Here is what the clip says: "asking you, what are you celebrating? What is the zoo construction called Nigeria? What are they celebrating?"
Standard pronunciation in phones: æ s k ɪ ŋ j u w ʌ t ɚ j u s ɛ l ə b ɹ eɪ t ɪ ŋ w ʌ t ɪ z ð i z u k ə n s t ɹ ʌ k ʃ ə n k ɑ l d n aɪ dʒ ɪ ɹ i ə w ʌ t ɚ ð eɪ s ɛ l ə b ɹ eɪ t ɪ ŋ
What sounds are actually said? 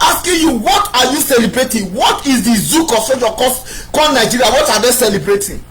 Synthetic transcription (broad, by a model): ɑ s k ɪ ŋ j u w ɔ t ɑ j u s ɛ l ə b ɹ eɪ t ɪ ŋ w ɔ t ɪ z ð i z u k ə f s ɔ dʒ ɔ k ə k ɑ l n aɪ dʒ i ɹ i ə w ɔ t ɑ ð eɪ s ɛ l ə b ɹ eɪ t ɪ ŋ